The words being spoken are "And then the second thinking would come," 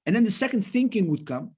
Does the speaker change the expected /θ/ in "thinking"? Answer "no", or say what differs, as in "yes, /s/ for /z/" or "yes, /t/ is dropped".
no